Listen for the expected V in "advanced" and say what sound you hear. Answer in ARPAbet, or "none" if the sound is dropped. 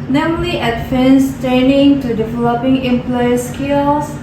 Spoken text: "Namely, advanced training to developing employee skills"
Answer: F